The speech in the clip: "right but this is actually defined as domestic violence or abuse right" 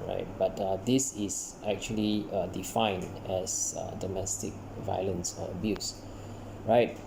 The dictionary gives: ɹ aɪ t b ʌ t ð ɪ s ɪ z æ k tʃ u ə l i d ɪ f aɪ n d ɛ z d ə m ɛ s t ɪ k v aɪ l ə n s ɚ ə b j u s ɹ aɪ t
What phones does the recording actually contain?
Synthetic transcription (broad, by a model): ɹ aɪ t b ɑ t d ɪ s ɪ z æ k tʃ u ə l i d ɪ f aɪ n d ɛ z d ə m ɛ s t ɪ k v aɪ l ə n s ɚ ə b j u s ɹ aɪ t